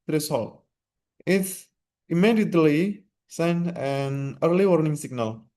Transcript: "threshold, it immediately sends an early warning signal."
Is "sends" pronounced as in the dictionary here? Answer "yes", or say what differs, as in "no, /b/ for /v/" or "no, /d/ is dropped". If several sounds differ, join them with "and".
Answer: no, /z/ is dropped